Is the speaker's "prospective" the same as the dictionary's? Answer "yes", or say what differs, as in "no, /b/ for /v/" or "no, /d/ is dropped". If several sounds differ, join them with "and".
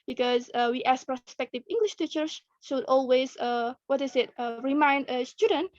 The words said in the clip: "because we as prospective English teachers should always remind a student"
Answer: yes